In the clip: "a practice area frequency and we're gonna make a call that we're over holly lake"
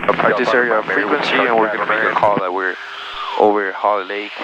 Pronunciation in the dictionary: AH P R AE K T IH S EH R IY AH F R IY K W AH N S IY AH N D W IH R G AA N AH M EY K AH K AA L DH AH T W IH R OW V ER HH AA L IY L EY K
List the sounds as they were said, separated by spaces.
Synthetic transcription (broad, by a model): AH P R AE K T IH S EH R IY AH F R IY K W AH N S IY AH N W IH R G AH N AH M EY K AH K AA L DH AH T W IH R OW V ER HH AA L IY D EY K